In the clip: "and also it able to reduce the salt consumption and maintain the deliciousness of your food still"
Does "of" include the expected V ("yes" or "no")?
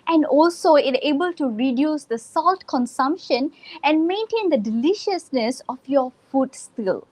no